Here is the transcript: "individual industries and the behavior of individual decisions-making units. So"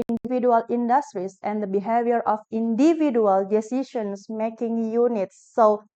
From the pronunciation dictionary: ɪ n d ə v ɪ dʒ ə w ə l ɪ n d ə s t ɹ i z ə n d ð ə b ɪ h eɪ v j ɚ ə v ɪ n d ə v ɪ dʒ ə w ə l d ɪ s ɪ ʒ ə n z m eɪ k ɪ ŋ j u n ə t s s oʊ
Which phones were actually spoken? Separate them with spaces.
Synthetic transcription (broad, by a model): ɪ n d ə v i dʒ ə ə l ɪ n d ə s t ɹ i s ə n d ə b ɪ h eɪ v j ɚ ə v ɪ n d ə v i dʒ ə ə l d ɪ s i ʃ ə n s m eɪ k ɪ ŋ j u n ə t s s oʊ